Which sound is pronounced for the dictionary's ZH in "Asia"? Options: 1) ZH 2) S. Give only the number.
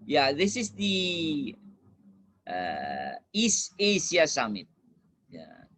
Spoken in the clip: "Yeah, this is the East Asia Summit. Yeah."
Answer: 2